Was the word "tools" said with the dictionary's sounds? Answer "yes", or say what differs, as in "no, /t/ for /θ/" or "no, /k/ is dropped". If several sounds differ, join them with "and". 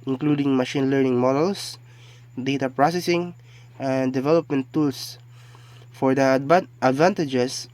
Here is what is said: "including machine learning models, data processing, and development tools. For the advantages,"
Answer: no, /s/ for /z/